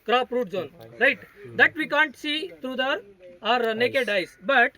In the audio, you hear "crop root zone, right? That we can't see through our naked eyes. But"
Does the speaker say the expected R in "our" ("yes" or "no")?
yes